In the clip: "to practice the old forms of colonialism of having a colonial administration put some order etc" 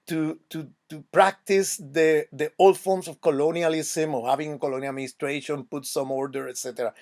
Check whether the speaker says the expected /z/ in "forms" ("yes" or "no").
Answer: no